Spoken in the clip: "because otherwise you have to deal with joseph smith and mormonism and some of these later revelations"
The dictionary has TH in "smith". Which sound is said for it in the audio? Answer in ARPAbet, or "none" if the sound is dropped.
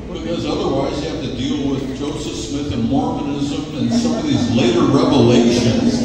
TH